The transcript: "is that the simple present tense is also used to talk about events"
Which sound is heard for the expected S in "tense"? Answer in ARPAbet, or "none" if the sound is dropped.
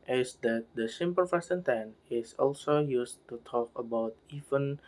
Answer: none